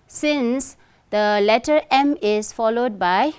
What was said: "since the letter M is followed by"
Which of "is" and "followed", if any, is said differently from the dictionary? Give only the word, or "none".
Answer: is